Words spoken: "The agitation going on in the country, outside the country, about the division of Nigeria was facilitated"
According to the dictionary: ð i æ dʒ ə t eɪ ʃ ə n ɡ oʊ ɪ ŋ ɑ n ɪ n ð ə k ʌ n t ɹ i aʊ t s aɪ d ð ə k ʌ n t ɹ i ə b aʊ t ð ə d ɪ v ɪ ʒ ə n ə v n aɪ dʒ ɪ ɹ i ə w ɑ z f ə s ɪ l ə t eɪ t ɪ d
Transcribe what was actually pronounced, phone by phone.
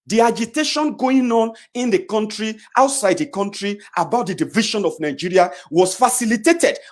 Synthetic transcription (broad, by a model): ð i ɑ dʒ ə t eɪ ʃ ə n ɡ oʊ ɪ ŋ ɑ n ɪ n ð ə k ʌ n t ɹ i aʊ t s aɪ d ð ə k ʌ n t ɹ i ə b aʊ t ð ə d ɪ v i ʃ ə n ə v n aɪ dʒ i ɹ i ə w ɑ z f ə s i l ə t eɪ t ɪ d